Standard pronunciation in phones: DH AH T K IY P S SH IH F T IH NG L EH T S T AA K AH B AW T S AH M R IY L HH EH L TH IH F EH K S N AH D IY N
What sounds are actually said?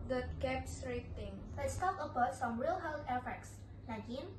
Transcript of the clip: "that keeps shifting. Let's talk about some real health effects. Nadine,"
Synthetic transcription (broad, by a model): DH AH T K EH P S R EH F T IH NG L EH T S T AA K AH B AW T S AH M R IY L HH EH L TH IH F EH K S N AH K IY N